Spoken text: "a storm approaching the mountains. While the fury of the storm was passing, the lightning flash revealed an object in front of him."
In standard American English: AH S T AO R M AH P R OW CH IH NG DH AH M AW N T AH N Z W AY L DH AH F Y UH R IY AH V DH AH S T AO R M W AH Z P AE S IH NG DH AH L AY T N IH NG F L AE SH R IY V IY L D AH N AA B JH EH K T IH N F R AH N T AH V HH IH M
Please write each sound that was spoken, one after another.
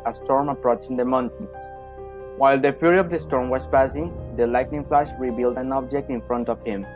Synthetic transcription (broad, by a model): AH S T AO R M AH P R OW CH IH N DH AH M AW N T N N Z W AY L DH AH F Y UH R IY AH V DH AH S T AO R M W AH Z P AE S IH NG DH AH L AY T N IH NG F L AE SH R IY B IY L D AH N AA B JH EH K T IH N F R AH N T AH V HH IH M